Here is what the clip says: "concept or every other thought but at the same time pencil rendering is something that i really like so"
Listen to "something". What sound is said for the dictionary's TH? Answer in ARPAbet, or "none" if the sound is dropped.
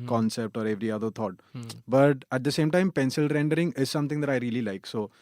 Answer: T